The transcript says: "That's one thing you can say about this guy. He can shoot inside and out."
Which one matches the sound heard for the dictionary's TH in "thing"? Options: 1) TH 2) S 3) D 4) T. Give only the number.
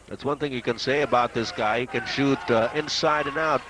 1